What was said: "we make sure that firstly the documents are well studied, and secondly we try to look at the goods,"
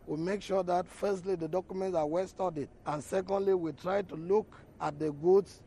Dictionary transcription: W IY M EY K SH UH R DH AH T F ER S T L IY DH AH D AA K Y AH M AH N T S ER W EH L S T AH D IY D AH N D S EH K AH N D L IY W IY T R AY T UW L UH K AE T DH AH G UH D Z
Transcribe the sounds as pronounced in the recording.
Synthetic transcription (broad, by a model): W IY M EY K SH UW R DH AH T F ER S T L IY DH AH D AA K Y AH M AH N T S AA W EH L S T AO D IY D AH N S EH K AH N D L IY W IY T R AY T UW L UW K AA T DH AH G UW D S